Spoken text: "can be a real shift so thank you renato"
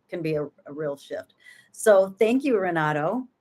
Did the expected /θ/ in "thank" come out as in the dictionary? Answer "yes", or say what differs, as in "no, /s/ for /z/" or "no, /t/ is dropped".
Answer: yes